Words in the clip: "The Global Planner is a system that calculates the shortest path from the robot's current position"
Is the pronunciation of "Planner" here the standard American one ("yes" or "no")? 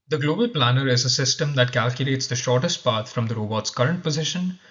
yes